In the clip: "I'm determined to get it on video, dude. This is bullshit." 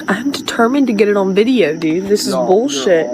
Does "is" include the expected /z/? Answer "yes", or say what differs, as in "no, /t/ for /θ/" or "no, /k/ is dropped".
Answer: yes